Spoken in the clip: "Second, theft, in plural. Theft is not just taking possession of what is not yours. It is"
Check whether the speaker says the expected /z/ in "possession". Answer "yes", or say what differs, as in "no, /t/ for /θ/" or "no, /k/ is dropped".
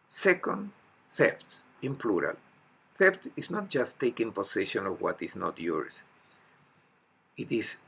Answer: no, /s/ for /z/